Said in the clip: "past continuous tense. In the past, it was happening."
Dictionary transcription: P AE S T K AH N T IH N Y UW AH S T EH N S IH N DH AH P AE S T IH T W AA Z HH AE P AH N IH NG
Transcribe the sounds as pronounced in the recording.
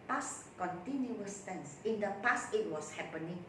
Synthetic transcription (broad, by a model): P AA S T K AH N T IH N Y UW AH S T EH N S IH N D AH P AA S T IH T W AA S HH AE P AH N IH NG